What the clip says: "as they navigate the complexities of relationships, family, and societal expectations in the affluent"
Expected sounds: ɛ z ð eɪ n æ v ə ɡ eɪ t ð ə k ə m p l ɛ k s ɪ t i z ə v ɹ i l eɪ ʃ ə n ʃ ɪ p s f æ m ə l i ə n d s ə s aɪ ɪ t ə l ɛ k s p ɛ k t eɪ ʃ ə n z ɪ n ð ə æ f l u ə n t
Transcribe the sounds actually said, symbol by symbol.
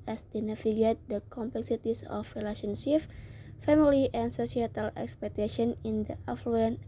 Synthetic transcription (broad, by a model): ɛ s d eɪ n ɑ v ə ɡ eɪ t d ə k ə m p l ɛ k s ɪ t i s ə f ɹ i l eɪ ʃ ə n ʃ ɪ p f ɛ m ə l i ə n s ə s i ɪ t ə l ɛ k s p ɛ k t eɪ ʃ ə n ɪ n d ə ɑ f l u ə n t